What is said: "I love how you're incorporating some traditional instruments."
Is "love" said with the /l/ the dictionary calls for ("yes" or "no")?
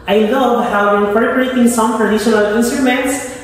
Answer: yes